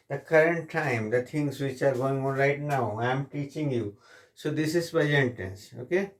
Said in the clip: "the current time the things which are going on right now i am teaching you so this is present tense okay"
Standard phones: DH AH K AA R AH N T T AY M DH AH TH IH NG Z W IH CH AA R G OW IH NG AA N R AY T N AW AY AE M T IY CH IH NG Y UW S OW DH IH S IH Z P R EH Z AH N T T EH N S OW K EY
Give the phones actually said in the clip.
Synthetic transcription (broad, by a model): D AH K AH R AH N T T AY M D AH T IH NG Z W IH CH AA R G OW IH NG AA N R AY T N AW AY M T IY CH IH NG Y UW S OW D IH S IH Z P EH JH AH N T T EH N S OW K EY